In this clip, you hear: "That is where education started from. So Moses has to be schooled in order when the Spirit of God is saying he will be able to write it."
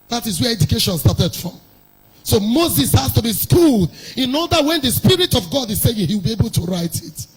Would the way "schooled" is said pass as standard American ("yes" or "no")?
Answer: yes